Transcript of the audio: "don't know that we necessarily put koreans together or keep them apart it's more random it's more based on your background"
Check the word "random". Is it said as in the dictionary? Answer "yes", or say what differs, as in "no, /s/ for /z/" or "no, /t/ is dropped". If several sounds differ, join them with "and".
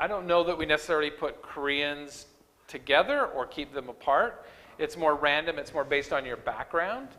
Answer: yes